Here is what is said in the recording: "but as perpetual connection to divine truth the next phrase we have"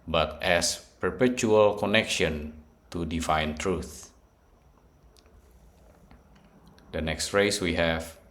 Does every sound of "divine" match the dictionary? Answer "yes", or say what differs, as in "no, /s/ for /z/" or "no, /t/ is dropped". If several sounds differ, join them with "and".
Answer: no, /f/ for /v/